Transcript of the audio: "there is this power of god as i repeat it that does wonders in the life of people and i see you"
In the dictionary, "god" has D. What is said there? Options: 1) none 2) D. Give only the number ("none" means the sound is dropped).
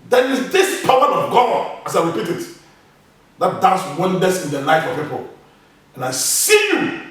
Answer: 1